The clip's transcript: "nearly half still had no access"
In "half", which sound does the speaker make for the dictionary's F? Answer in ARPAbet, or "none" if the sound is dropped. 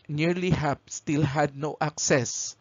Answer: P